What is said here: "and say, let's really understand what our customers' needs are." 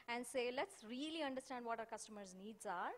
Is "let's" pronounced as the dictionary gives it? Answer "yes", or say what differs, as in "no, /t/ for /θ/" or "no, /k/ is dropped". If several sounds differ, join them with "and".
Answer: yes